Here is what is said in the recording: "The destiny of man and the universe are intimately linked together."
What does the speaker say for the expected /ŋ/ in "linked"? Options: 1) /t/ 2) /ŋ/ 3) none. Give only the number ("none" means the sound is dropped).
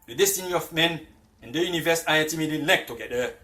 3